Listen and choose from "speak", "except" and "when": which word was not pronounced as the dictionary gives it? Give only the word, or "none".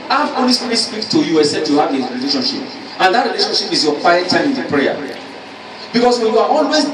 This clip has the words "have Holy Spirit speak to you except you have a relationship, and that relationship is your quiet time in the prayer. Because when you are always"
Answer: except